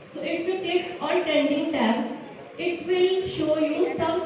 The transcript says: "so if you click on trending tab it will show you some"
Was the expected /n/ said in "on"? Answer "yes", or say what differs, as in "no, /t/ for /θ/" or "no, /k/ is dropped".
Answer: no, /l/ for /n/